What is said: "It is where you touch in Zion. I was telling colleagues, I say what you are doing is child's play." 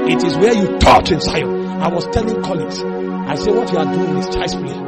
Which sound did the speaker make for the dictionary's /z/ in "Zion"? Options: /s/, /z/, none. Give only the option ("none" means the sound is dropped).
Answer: /s/